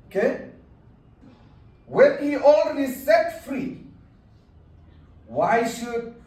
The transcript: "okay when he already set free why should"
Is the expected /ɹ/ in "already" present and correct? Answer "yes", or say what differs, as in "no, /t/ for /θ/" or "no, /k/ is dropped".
no, /l/ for /ɹ/